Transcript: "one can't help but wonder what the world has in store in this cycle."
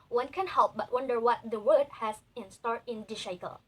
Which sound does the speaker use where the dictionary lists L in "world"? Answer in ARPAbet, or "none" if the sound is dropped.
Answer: none